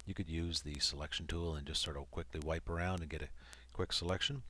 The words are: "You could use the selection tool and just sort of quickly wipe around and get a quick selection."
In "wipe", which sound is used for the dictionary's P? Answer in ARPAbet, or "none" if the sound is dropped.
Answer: P